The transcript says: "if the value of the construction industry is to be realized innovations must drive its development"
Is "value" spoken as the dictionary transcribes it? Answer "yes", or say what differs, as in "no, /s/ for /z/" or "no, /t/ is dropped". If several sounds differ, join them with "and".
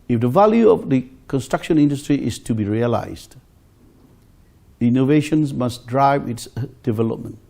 yes